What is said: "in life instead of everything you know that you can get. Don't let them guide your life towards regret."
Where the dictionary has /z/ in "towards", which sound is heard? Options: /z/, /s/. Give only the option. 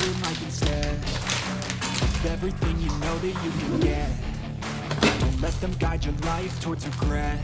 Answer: /z/